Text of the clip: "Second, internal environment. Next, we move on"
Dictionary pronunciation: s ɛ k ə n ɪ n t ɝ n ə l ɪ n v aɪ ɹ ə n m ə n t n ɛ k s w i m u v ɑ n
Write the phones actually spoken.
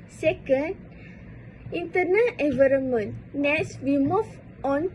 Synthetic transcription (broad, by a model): s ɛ k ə n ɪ n t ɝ n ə l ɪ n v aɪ ɹ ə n m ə n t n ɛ s w i m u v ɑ n